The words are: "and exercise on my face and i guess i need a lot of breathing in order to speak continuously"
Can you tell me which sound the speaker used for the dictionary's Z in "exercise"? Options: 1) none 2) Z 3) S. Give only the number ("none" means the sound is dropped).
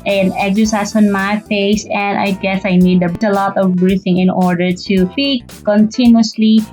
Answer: 3